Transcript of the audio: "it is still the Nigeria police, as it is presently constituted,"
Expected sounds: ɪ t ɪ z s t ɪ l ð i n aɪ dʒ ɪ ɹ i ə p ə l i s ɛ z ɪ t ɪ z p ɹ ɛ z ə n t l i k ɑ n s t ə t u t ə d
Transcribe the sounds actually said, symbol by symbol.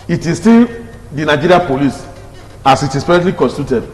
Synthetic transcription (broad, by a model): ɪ t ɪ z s t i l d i n aɪ dʒ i ɹ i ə p ə l i s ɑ s ɪ t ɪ s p ɛ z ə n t l i k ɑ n s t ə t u t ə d